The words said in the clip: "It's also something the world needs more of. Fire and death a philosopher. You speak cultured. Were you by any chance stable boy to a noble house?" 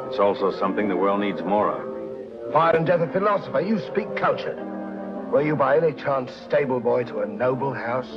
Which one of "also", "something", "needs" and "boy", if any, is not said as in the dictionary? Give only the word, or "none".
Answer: none